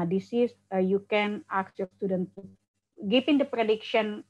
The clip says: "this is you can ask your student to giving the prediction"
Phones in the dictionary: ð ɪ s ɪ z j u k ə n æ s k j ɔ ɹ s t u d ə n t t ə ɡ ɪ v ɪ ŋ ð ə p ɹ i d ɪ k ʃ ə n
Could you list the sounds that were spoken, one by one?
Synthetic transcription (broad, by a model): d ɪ s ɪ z j u k ə n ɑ k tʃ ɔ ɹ s t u d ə n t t ɡ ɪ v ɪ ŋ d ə p ɹ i d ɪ k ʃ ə n